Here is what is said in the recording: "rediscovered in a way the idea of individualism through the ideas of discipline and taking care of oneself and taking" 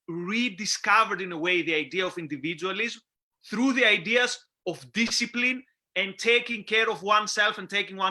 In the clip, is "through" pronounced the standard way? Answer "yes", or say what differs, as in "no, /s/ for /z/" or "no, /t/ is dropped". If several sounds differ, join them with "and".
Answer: yes